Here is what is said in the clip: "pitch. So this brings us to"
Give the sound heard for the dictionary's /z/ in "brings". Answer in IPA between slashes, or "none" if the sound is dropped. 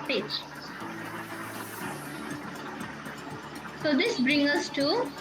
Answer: none